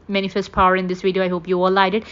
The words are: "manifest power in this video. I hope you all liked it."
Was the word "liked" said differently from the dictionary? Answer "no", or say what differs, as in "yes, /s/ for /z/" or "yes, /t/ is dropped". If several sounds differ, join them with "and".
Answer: yes, /k/ is dropped